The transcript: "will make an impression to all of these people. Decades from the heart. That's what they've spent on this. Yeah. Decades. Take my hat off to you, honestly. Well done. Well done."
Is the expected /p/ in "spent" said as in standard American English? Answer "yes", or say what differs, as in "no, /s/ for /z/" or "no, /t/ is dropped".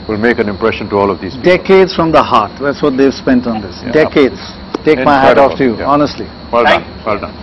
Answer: yes